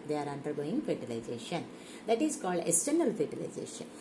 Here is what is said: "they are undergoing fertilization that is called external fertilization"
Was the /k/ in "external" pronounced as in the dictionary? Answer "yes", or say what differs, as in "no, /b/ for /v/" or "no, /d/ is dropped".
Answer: no, /k/ is dropped